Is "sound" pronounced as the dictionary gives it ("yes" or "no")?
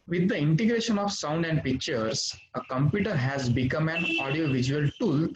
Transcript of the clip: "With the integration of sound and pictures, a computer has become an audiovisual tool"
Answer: yes